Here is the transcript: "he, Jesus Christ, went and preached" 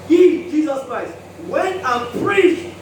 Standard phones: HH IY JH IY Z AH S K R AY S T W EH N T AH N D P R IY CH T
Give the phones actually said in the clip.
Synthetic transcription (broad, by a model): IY JH IY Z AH S K R AY S T W EH N T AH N P R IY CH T